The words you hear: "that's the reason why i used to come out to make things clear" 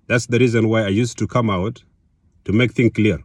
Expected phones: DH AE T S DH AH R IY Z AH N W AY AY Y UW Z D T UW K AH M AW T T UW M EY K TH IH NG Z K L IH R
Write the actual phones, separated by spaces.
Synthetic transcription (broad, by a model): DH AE T S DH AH R IY Z AH N W AY AY Y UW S T UW K AH M AW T T UW M EY K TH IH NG K L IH R